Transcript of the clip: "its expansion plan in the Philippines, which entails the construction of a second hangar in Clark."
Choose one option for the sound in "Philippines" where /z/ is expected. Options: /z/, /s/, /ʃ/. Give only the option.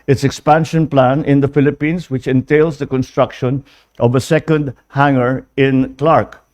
/s/